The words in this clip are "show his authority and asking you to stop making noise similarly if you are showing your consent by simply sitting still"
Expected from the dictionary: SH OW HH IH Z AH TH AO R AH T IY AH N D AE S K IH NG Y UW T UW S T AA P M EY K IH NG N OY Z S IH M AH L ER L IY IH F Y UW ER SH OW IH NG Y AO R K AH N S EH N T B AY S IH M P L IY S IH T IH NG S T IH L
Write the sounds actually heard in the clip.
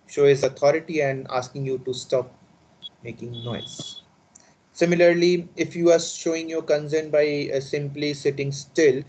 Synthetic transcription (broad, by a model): SH OW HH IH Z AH T AO R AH T IY AH N D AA S K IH NG Y UW T UW S T AA P M EY K IH NG N OY Z S IH M AH L ER L IY IH F Y UW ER SH OW IH NG Y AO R K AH N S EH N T B AY S IH M P L IY S IH T IH NG S T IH L